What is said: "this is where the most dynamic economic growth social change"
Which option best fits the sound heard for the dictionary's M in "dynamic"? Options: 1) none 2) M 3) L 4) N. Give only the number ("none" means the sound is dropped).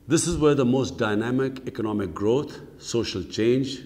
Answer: 2